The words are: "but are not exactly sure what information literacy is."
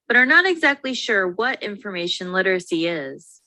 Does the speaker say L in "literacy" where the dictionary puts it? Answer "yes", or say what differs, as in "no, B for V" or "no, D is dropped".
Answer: yes